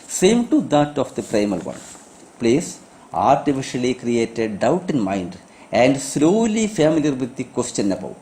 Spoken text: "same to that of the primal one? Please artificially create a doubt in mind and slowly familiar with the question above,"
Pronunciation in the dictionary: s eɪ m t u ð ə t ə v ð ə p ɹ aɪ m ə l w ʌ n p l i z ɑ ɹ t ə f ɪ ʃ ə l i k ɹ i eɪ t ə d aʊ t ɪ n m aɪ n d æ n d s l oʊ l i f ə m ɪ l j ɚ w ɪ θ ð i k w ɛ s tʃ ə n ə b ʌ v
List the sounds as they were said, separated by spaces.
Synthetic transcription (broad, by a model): s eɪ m t u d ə t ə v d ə p ɹ aɪ m ə l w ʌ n p l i s ɑ ɹ t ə f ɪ ʃ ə l i k ɹ i eɪ t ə d aʊ t ɪ n m aɪ n d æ n d s l oʊ l i f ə m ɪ l j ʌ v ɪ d i k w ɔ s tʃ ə n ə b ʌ